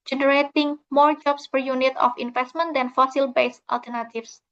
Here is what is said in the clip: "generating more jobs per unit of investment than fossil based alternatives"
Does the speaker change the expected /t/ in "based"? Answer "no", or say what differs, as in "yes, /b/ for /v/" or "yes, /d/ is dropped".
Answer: no